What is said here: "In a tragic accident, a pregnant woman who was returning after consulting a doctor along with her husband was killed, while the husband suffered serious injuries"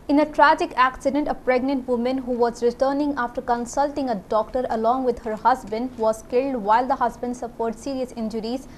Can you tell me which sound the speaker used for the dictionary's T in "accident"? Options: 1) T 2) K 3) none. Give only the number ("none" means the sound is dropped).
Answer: 1